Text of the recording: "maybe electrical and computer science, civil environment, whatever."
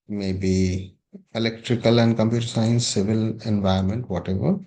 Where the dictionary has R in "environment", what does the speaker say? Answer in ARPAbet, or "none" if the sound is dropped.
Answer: none